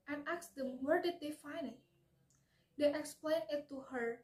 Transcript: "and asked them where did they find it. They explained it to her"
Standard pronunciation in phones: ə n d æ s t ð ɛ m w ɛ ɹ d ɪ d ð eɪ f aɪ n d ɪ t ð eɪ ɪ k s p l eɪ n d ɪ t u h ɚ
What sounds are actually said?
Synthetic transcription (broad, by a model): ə n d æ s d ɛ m w ɛ ɹ d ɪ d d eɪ f aɪ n ɪ t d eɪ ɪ k s p l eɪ n ɪ t u h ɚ